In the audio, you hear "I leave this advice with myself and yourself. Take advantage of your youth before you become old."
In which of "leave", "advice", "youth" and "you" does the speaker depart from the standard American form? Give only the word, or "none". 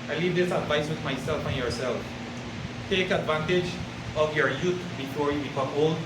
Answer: youth